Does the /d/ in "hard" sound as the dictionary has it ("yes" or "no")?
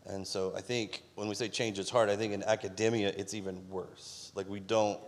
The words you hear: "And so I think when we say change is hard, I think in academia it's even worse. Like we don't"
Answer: yes